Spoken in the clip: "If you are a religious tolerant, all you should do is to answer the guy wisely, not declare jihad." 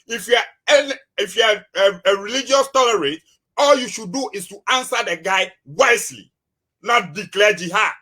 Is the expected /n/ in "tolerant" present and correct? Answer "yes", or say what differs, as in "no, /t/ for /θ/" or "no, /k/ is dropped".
no, /n/ is dropped